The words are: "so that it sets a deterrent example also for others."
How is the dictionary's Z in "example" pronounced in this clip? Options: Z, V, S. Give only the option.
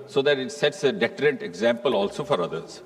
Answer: Z